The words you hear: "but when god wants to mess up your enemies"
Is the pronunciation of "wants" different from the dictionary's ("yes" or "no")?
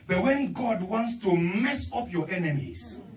no